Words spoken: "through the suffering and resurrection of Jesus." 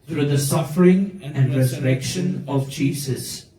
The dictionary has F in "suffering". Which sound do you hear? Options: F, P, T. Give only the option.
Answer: F